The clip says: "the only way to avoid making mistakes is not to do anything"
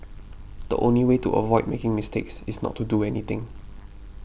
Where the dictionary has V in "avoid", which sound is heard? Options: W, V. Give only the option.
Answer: V